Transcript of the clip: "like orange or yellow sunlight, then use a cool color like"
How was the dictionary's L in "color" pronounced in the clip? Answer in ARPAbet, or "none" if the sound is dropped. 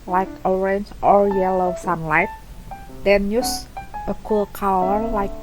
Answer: W